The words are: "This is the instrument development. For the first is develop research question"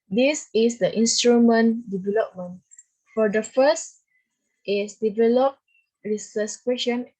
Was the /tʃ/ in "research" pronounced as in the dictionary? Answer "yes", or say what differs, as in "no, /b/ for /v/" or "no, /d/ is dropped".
no, /s/ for /tʃ/